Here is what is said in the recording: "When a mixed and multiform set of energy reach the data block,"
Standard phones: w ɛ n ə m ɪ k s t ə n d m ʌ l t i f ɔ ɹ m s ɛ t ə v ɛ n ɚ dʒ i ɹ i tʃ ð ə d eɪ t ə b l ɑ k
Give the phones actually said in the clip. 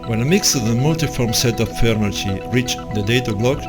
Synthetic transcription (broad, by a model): w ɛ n ə m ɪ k s ə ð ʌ m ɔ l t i f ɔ ɹ m s ɛ t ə f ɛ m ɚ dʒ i ɹ i tʃ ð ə d eɪ t ə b l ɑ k